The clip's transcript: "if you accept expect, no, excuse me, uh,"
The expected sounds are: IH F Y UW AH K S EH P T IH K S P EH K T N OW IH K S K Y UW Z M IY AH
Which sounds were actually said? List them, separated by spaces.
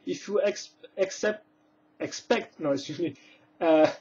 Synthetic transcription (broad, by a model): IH F Y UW AH K S EH P T IH K S P EH K T N OW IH S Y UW M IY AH